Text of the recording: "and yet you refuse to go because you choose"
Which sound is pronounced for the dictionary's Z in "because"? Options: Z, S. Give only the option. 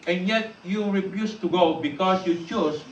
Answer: S